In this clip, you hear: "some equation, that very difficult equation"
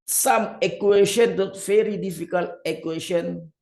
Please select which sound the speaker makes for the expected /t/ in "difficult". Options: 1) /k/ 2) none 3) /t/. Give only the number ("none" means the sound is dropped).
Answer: 2